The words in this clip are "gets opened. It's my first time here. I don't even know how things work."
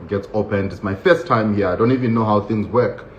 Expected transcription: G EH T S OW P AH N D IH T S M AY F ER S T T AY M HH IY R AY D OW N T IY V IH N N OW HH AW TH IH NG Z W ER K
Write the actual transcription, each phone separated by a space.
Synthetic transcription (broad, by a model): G EH T S OW P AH N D IH T S M AY F ER S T T AY M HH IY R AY D OW N T IY V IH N N OW HH AW TH IH NG Z W ER K